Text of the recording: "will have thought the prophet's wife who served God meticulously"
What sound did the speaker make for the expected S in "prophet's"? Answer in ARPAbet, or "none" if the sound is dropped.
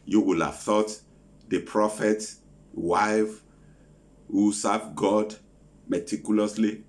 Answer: none